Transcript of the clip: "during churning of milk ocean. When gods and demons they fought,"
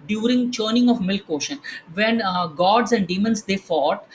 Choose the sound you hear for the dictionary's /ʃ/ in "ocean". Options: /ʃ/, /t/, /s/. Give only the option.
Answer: /ʃ/